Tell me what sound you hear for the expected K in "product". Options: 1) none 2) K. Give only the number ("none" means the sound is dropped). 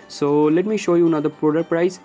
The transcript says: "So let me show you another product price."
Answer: 1